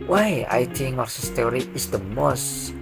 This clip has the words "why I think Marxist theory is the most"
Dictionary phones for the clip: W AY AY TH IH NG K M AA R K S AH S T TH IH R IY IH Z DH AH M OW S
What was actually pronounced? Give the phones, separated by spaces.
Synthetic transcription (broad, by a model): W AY AY T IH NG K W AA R S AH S T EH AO R IY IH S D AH M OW S